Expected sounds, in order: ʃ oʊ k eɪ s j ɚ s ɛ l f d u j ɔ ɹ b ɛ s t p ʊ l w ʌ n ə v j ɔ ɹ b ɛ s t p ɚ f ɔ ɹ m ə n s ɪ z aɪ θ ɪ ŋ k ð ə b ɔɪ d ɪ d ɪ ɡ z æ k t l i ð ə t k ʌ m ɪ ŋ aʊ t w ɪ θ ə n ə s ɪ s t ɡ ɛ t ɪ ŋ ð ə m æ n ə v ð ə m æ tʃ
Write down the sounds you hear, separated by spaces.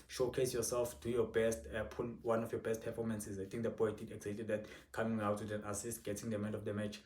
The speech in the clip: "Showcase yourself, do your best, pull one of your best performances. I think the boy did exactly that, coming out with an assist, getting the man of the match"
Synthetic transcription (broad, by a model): ʃ oʊ k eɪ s j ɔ s ɛ l f d u j ɔ b ɛ s t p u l w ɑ n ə f j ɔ b ɛ s t p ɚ f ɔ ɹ m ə n s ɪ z aɪ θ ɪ ŋ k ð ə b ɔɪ d ɪ d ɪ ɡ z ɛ t i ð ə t k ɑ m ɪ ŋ aʊ t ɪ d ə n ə s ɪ s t ɡ ɛ t ɪ ŋ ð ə m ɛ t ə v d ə m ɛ tʃ